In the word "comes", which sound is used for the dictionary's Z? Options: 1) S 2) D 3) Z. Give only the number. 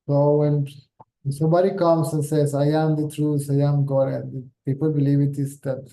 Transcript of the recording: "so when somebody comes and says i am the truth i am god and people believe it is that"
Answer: 1